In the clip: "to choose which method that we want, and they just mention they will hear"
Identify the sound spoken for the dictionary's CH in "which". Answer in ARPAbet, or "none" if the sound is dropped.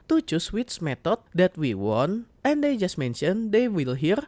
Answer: S